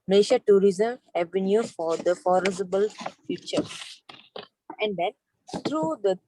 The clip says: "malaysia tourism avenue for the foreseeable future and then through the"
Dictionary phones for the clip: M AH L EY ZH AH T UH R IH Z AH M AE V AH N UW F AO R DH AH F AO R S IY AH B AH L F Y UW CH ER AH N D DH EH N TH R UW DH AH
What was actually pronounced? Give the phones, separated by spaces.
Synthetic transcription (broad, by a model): M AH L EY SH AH T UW R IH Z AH M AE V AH N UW F AO R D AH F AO R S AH B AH L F Y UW CH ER AH N D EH N T R UW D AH